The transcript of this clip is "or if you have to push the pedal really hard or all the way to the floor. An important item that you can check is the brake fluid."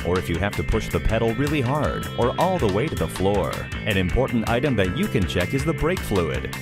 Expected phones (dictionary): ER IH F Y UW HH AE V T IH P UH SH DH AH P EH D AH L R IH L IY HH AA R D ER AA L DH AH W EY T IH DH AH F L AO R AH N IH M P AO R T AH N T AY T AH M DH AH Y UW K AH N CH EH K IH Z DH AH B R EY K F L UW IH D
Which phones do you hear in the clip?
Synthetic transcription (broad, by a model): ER IH F Y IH HH AE F T IH P UH SH DH AH P EH D L R IH L IY HH AA R D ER AA L DH AH W EY T IH DH AH F L AO R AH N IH M P AO R T N T AY T AH M DH AH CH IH K AH N CH EH K IH Z DH AH B R EY K F L UW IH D